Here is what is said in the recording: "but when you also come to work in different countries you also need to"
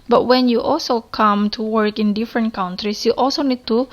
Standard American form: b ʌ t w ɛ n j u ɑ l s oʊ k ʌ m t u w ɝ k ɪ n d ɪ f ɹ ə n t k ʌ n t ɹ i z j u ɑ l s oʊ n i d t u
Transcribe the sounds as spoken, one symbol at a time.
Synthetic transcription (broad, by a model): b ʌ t w ɛ n j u ɑ l s oʊ k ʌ m t u w ɝ k ɪ n d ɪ f ɹ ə n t k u n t ɹ i s j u ɑ l s oʊ n i d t u